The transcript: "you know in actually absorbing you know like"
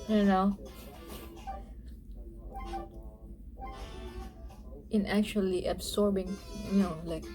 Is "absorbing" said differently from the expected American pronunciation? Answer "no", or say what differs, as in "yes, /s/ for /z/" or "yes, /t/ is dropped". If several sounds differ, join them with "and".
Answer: yes, /s/ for /z/